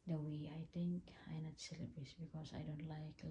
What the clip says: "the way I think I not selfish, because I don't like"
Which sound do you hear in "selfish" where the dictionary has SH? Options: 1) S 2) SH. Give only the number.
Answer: 1